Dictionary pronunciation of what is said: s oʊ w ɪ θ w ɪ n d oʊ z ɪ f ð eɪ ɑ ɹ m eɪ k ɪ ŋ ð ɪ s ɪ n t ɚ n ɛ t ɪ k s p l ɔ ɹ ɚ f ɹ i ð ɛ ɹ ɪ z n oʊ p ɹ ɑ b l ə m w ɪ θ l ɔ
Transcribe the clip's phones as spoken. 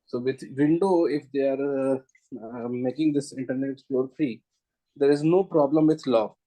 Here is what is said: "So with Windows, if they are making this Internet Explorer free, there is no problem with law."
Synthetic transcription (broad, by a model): s oʊ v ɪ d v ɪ n d oʊ ɪ f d eɪ ɑ ɹ m eɪ k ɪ ŋ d ɪ s ɪ n t ɚ n ɛ t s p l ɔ ɹ f ɹ i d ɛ ɹ ɪ z n oʊ p ɹ ɑ b l ə m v ɪ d l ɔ